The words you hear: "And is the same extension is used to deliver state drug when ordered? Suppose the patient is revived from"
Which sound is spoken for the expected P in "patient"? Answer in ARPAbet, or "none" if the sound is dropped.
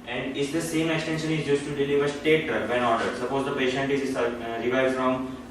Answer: P